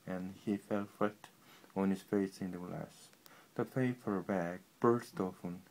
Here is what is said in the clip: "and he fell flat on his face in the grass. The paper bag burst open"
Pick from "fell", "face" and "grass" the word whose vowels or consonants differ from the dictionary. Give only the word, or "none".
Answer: grass